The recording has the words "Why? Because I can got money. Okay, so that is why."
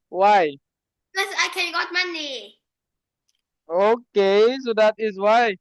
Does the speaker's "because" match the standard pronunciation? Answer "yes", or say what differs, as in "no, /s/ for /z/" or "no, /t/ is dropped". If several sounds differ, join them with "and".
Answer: no, /z/ is dropped